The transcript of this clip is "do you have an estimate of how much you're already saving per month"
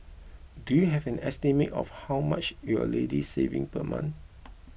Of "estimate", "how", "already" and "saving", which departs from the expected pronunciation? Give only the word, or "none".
already